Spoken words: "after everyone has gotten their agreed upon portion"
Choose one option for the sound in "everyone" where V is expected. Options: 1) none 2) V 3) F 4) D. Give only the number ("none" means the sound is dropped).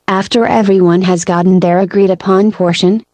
2